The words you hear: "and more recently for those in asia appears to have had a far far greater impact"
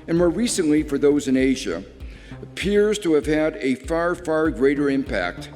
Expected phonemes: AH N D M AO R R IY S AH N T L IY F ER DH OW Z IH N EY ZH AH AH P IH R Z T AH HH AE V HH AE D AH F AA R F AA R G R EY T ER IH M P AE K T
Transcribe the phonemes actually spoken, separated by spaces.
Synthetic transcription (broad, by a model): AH N M AO R R IY S AH N T L IY F ER DH OW Z IH N EY ZH AH AH P IH R Z T AH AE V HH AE D AH F AA R F AA R G R EY T ER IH M P AE K T